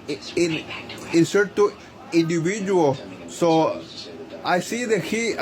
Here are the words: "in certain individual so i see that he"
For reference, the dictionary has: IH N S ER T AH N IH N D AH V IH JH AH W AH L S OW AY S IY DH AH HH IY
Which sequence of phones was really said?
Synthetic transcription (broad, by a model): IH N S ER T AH IH N D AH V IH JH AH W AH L S OW AY S IY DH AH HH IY